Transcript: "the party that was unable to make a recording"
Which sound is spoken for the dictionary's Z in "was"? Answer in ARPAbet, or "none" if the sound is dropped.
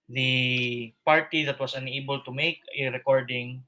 S